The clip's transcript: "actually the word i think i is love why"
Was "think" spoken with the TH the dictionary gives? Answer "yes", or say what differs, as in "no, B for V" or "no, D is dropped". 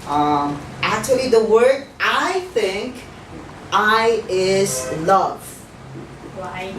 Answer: yes